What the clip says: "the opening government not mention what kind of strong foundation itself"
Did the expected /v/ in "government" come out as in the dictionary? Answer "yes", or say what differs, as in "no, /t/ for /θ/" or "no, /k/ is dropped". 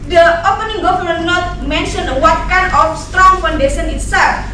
no, /f/ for /v/